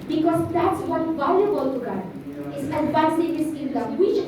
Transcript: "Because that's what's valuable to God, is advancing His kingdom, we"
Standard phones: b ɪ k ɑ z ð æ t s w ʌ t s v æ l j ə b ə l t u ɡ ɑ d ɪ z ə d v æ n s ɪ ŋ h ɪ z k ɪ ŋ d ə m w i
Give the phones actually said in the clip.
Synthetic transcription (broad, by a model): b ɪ k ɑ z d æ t s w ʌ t v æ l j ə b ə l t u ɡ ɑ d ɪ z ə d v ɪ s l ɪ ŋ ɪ s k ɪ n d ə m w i